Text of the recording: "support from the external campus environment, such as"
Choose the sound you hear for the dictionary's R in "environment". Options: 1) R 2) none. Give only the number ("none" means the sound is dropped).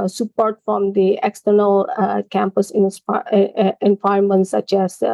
2